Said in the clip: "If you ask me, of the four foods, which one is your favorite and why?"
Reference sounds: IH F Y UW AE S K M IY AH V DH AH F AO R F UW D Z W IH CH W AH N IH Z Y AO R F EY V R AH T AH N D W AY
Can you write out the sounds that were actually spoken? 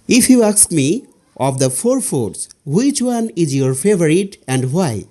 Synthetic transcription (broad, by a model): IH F Y UW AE S K M IY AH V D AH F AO R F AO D S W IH CH W AH N IH Z Y AO R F EY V R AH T AH N D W AY